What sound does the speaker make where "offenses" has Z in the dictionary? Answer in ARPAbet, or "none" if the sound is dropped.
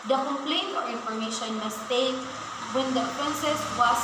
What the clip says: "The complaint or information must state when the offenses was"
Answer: S